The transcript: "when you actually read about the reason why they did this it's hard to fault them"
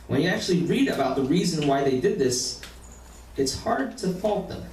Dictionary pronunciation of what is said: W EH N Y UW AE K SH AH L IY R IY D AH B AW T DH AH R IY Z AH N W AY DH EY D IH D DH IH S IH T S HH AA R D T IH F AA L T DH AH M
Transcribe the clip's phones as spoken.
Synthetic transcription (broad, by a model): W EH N Y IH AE K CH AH L IY R IY D AH B AW T DH AH R IY Z AH N W AY DH EY D IH D DH IH S IH T S HH AA R D T IH F AA L T DH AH M